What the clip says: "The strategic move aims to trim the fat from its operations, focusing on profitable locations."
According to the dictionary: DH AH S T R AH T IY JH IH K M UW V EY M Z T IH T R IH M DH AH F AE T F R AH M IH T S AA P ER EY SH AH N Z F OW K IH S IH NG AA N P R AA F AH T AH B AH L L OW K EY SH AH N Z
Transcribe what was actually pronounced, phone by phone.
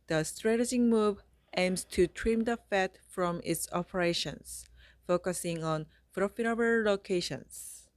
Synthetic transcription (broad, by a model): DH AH S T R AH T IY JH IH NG M UW V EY M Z T IH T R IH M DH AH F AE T F R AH M IH T S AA P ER EY SH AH N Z F OW K IH S IH NG AA N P R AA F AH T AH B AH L L OW K EY SH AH N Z